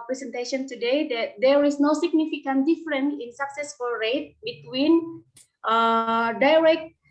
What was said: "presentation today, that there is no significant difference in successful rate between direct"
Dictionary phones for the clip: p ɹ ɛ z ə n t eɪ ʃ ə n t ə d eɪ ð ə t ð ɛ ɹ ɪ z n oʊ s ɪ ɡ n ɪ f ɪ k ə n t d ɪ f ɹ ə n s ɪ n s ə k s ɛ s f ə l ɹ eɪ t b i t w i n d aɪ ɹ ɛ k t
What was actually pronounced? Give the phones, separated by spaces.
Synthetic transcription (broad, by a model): p ɹ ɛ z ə n t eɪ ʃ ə n t ə d eɪ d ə t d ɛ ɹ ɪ s n oʊ s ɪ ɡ n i f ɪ k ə n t d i f ɹ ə n ɪ n s ə k s ɛ s f ə l ɹ eɪ t b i t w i n d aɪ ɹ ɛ k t